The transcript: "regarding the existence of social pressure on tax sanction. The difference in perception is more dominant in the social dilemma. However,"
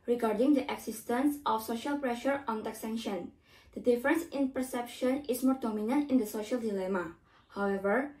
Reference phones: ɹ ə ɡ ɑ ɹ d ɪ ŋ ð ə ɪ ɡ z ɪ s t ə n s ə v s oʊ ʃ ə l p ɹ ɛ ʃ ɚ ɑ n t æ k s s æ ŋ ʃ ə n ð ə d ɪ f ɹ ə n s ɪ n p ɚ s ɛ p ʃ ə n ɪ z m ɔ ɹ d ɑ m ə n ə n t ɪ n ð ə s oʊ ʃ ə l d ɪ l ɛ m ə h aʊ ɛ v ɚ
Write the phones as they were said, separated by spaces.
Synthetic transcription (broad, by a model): ɹ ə ɡ ɑ ɹ d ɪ ŋ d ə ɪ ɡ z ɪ s t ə n s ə f s oʊ ʃ ə l p ɹ ɛ ʃ ɚ ɑ n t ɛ k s s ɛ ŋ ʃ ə n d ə d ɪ f ɹ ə n s ɪ n p ɚ s ɛ p ʃ ə n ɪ s m ɔ ɹ d ɑ m ə n ə n t ɪ n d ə s oʊ ʃ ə l d ɪ l ɛ m ə h aʊ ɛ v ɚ